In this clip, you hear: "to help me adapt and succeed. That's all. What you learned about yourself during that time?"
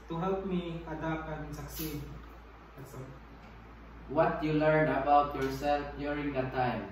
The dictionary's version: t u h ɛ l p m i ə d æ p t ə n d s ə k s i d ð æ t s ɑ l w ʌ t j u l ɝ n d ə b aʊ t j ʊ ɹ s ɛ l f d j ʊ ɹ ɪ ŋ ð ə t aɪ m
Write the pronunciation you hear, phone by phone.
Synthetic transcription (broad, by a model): t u h ɛ l p m i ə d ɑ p ə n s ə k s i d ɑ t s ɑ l w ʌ t j u l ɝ n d ə b aʊ t j ʊ ɹ s ɛ l f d j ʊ ɹ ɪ ŋ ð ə t aɪ m